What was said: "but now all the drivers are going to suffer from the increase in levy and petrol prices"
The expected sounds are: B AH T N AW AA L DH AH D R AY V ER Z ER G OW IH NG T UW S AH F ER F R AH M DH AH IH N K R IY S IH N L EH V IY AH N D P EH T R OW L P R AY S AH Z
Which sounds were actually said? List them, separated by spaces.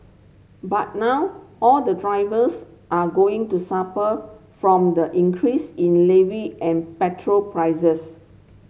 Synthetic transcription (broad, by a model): B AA T N AW AA L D AH D R AY V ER S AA G OW IH NG T UW S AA P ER F R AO M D AH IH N K R IY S IH N L EH V IY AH N P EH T R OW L P R AY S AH S